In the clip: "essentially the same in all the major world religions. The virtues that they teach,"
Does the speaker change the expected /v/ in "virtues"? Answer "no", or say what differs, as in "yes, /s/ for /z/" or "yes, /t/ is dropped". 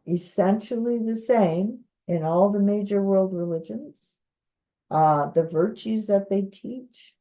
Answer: no